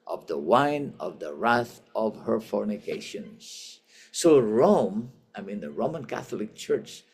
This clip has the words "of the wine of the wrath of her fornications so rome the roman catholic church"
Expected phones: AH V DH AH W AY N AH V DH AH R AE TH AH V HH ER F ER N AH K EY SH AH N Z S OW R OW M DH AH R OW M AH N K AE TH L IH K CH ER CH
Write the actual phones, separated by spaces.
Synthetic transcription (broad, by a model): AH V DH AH W AY N AH V DH AH R AE TH AH V HH ER F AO N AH K EY SH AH N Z S OW R OW M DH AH R OW M AH N K AE TH L IH K CH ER CH